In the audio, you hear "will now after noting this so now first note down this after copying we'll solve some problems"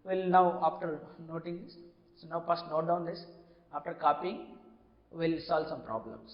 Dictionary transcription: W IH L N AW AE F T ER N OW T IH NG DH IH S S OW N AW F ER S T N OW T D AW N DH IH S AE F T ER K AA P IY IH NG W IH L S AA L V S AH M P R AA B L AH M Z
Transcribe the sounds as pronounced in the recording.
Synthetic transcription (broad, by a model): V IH L N AW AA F T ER N OW T IH NG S S OW N AW P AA S T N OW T D AW N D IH S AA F T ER K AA P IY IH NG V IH L S AA L V S AH M P R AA B L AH M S